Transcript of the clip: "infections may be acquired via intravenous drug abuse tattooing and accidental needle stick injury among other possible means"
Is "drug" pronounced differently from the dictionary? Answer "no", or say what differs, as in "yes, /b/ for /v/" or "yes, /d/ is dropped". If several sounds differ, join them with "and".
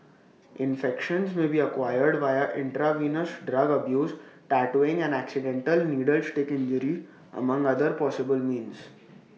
no